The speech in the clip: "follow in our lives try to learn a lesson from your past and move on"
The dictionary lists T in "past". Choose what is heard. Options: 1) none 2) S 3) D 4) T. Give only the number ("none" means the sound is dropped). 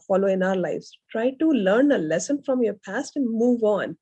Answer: 4